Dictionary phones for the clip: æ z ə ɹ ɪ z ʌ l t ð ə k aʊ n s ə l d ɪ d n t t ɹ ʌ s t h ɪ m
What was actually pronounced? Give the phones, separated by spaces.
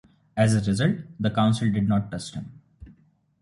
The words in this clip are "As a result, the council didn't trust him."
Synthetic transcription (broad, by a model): æ z ə ɹ ɪ z ʌ l t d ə k aʊ n s ə l d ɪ d n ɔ t ʌ s t h ɪ m